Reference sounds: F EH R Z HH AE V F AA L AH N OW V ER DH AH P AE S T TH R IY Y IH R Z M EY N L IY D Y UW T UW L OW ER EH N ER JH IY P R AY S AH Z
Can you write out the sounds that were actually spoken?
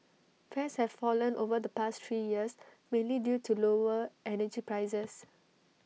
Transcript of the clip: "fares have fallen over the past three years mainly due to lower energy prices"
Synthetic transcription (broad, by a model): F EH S HH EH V F AA L AH N OW V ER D AH P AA S T T R IY Y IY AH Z M EY N L IY D Y UW T UW L OW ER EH N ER JH IY P R AY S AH S